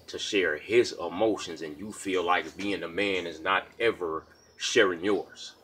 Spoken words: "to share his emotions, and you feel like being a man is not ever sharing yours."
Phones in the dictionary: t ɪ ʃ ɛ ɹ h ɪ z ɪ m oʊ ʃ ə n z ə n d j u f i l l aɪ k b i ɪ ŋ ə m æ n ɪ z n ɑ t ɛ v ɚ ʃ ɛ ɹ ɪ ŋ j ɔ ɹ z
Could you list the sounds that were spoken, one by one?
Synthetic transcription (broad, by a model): t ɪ ʃ ɛ ɹ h ɪ z ɪ m oʊ ʃ ə n z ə n j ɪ f i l l aɪ k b i ɪ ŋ ə m æ n ɪ z n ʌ t ɛ v ɚ ʃ ɛ ɹ ɪ ŋ j ɔ ɹ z